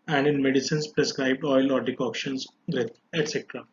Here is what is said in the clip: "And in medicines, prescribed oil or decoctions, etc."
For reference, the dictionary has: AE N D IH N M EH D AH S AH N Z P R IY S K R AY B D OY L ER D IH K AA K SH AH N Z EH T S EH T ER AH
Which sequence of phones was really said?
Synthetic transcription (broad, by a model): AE N D IH N M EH D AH S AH N S P R IY S K R AY B D OY L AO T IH K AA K SH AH N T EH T S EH T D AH